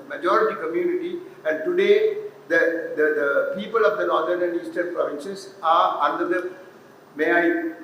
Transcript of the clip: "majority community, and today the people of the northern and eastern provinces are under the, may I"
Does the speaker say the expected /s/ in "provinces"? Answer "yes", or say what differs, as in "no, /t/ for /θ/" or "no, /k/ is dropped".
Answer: no, /ʃ/ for /s/